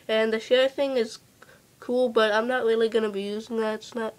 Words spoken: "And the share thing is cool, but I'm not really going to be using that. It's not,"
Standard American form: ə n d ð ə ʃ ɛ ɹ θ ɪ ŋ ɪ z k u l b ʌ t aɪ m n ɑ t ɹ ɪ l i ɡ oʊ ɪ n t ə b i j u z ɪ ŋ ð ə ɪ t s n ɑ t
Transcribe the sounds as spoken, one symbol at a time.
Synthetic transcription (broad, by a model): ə n ð ə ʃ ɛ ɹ θ ɪ ŋ ɪ z k u l b ʌ t aɪ m n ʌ t ɹ ɪ l i ɡ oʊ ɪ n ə b i j u z ɪ ŋ ð ə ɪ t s n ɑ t